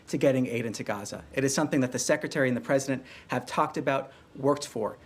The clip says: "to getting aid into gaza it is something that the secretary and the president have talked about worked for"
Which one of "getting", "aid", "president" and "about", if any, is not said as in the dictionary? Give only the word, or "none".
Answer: none